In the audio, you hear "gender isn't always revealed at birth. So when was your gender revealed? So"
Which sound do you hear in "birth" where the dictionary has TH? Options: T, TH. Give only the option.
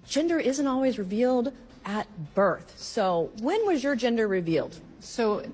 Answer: TH